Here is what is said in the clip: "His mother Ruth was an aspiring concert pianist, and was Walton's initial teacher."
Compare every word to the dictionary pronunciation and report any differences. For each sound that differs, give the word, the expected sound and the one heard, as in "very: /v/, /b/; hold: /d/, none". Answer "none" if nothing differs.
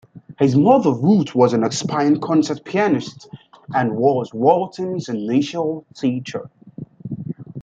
ruth: /θ/, /t/; aspiring: /ɹ/, none